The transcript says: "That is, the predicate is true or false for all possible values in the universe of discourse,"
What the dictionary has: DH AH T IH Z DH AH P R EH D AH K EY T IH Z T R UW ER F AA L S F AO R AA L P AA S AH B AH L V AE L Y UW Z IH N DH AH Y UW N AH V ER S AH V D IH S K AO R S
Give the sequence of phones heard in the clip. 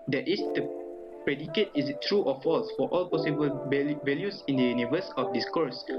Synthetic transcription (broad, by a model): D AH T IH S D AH P R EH D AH K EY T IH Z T R UW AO F AA L S F AO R AA L P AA S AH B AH L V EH L Y UW S IH N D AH Y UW N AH V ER S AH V D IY S K AO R S